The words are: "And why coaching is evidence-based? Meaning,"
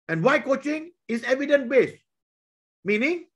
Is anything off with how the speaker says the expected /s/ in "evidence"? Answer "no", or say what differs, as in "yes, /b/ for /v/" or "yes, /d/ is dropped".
yes, /s/ is dropped